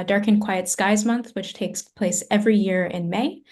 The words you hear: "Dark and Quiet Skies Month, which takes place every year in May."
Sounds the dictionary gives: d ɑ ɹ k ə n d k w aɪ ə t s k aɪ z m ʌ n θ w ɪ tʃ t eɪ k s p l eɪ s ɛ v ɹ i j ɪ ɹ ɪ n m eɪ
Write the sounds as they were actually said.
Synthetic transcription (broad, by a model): d ɑ ɹ k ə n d k w aɪ ə t s k aɪ z m ʌ n θ w ɪ tʃ t eɪ k s p l eɪ s ɛ v ɹ i j ɪ ɹ ɪ n m eɪ